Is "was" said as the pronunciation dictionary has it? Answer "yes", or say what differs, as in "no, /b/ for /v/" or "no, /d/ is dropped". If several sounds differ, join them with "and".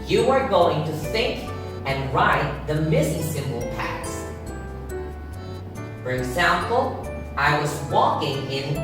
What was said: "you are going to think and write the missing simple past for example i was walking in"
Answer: yes